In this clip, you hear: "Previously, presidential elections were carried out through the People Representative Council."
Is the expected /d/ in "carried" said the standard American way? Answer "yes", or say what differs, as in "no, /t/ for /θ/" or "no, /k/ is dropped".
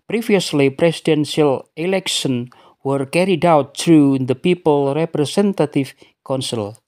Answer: yes